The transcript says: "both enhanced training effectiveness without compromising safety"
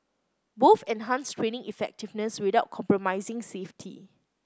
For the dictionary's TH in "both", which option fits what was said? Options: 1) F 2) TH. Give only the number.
1